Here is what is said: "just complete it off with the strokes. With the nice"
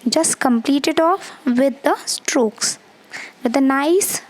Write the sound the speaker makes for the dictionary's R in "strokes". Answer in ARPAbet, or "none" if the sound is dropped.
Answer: R